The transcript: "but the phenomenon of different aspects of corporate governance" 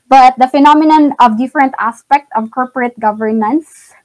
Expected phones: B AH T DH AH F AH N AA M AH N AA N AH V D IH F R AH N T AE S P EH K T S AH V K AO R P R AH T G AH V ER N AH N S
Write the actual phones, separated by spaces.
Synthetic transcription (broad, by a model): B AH T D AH F AH N AA M AH N AA N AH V D IH F R AH N T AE S P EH K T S AH V K AO R P R AH T G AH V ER N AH N S